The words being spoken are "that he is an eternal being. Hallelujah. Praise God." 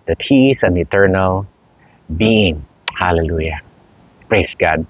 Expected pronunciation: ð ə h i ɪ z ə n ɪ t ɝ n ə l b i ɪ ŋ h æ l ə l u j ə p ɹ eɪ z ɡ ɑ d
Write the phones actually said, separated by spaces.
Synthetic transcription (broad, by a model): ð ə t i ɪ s ə n ɪ t ɝ n ə l b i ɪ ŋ h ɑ l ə l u j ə p ɹ eɪ s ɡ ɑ d